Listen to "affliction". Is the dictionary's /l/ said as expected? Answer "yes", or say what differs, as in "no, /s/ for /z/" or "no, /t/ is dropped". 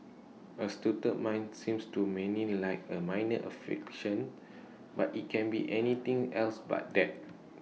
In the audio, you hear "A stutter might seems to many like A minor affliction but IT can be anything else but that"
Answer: no, /l/ is dropped